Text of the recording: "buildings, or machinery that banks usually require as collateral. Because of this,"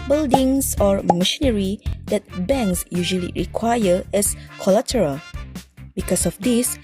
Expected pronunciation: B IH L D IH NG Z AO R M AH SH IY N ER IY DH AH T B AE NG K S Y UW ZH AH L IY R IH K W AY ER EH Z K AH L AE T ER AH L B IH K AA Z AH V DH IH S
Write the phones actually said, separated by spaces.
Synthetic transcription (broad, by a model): B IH L D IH NG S AO R M AH SH IY N ER IY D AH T B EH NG K S Y UW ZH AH L IY R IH K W AY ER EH S K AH L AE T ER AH L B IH K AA S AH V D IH S